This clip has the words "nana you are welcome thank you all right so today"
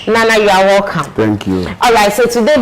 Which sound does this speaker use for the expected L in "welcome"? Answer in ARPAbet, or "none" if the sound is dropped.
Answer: none